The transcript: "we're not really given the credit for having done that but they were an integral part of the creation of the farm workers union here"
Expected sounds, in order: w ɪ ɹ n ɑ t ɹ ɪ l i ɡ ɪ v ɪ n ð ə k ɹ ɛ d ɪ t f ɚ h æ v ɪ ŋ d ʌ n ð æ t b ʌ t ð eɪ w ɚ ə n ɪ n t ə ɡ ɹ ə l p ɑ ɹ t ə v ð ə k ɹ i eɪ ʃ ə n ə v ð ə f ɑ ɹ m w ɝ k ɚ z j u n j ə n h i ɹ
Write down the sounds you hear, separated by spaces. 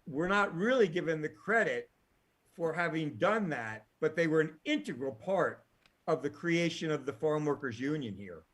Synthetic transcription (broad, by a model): w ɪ ɹ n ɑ t ɹ ɪ l i ɡ ɪ v ɪ n ð ə k ɹ ɛ d ɪ t f ɚ h æ v ɪ ŋ d ʌ n ð æ t b ʌ t ð eɪ w ɚ ə n ɪ n t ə ɡ ɹ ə l p ɑ ɹ t ə v ð ə k ɹ i eɪ ʃ ə n ə v ð ə f ɑ ɹ m w ɝ k ɚ z j u n j ə n h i ɹ